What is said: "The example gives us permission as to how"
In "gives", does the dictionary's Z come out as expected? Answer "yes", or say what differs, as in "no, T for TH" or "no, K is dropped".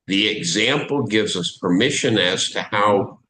yes